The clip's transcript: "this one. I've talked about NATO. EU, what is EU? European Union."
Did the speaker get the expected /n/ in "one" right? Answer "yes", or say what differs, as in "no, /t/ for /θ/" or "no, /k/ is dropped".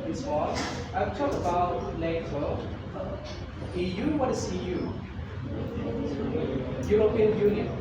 no, /n/ is dropped